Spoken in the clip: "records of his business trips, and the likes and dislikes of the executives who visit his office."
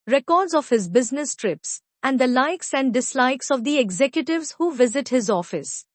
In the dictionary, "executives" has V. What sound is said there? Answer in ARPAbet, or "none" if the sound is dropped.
V